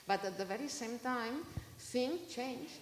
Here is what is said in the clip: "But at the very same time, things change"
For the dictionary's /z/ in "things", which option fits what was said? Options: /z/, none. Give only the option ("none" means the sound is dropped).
none